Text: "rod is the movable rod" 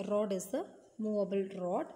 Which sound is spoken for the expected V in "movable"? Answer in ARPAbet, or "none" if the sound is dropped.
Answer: none